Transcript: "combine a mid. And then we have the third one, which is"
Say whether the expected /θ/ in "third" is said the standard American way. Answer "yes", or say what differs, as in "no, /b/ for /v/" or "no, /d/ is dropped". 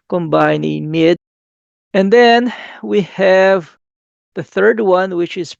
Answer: yes